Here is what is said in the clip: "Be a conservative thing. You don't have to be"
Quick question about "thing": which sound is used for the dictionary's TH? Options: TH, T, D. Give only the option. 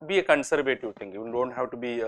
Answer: T